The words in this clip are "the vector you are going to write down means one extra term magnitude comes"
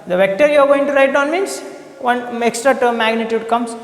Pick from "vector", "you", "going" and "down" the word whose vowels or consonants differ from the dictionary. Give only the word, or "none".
none